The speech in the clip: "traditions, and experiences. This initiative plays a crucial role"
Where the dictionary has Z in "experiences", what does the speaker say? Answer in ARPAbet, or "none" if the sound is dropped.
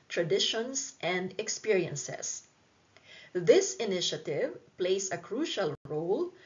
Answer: S